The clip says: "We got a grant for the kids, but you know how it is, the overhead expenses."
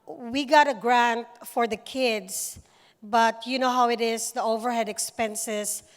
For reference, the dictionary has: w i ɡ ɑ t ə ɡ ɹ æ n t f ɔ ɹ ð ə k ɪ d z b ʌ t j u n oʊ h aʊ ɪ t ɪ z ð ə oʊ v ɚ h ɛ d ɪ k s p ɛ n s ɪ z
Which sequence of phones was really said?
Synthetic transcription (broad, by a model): w i ɡ ɑ t ə ɡ ɹ æ n t f ɔ ɹ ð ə k ɪ d s b ʌ t j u n oʊ h aʊ ɪ t ɪ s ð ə oʊ v ɚ h ɛ d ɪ k s p ɛ n s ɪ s